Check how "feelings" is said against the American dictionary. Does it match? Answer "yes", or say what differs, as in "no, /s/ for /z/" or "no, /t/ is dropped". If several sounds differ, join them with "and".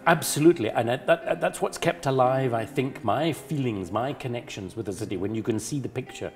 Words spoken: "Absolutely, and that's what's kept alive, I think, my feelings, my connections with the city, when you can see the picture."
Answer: yes